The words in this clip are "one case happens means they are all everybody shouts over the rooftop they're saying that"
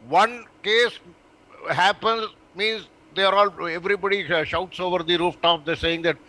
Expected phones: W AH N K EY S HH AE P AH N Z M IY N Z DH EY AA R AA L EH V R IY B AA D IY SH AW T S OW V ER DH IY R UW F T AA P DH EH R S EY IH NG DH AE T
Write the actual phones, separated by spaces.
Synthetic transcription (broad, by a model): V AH N K EY S HH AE P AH N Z M IY N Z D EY R AA L EH V R IY B AA D IY SH AW T S OW V ER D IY R UW F T AA P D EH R S EY IH NG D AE T